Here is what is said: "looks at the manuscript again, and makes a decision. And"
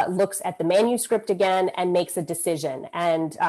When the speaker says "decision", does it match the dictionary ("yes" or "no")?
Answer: yes